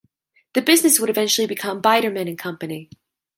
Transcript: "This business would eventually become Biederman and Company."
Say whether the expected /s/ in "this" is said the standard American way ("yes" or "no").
no